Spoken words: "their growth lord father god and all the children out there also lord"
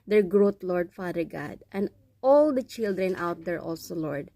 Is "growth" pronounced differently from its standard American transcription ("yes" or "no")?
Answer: yes